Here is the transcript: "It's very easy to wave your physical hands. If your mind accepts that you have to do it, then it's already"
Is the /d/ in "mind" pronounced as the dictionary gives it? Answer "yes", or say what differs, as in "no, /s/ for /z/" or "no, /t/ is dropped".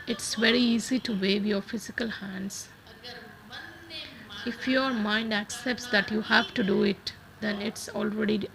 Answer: yes